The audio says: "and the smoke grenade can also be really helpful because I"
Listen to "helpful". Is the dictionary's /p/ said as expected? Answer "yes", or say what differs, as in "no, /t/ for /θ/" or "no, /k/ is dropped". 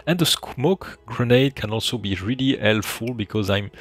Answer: no, /p/ is dropped